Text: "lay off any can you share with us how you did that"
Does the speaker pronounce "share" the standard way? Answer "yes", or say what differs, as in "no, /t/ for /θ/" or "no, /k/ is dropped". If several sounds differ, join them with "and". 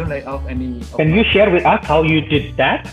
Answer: yes